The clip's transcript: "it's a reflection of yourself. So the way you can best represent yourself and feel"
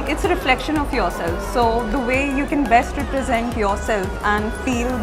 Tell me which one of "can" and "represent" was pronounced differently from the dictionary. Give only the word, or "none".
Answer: none